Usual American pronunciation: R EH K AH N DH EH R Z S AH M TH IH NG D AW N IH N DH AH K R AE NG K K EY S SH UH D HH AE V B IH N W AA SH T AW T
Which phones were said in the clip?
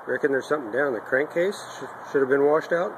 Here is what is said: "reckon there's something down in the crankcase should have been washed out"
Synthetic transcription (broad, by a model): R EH K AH N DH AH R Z S AH M TH IH NG D AW N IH N DH AH K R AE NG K K EY S SH UH D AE V B IH N W AA SH T AW T